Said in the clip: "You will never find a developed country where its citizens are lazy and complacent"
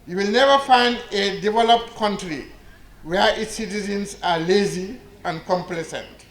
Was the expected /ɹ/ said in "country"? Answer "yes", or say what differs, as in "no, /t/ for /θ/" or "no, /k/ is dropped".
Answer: yes